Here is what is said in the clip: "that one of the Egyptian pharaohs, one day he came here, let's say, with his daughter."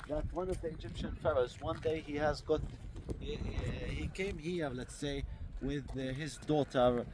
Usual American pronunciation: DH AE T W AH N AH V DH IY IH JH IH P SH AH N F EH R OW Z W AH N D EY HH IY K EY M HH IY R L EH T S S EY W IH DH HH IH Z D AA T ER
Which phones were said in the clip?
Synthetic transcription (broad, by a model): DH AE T W AH N AH V DH IY IH JH IH P SH AH N F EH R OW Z W AH N D EY HH IY K EY M HH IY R L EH T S S EY W IH DH HH IH Z D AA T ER